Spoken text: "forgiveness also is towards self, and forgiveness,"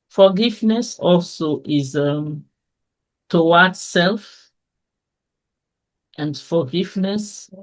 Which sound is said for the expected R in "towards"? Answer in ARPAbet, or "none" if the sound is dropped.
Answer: W